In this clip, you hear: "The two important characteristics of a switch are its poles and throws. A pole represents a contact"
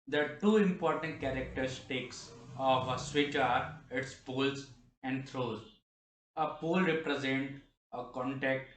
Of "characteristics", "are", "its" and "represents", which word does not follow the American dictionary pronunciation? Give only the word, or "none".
represents